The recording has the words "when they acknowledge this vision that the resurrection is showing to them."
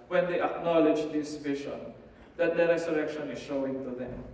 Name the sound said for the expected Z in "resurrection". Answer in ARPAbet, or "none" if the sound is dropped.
S